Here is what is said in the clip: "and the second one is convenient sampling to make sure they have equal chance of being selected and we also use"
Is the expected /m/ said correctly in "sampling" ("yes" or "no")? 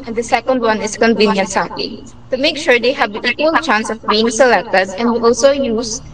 no